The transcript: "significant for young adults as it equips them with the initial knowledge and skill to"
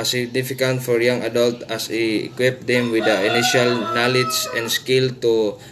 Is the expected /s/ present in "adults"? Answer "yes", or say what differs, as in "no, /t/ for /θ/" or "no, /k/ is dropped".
no, /s/ is dropped